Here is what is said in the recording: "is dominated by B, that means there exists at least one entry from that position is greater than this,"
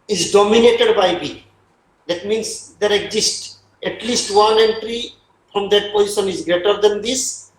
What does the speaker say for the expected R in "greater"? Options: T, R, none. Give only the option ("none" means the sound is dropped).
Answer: R